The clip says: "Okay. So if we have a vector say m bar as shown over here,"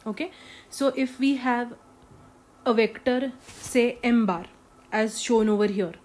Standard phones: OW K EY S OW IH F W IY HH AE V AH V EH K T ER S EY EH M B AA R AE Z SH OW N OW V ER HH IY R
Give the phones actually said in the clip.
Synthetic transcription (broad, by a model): OW K EY S OW IH F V IY HH AE V AH V EH K T ER S EY EH M B AA R AE Z SH OW N OW V ER HH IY R